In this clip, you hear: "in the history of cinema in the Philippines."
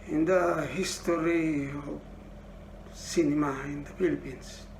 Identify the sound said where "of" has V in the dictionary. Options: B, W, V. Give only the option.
B